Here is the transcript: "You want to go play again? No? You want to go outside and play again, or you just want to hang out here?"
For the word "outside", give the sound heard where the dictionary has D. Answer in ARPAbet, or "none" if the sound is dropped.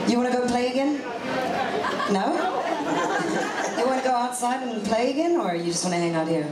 D